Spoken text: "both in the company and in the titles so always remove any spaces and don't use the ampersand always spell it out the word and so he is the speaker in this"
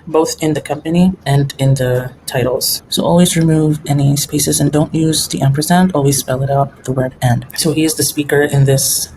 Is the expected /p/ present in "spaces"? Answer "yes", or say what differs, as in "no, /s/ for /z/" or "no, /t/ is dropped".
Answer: yes